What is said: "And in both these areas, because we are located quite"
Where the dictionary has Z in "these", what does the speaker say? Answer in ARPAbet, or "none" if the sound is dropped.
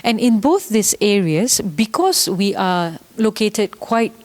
S